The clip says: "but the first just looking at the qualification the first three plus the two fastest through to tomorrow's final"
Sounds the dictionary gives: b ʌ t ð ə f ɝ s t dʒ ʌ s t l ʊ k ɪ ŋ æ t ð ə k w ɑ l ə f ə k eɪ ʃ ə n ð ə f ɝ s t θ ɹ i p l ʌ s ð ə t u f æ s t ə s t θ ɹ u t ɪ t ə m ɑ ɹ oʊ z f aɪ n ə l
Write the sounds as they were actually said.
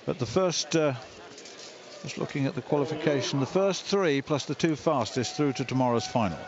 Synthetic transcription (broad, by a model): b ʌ t ð ə f ɝ s t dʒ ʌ s t l ʊ k ɪ ŋ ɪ t ð ə k w ɑ l ə f ə k eɪ ʃ ə n ð ə f ɝ s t θ ɹ i p l ʌ s ð ə t u f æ s t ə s θ ɹ u t ɪ t ə m ɑ ɹ oʊ z f aɪ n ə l